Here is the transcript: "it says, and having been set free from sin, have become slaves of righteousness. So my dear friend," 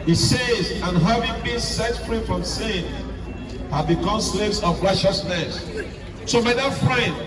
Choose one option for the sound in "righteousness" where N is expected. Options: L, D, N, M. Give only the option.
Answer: N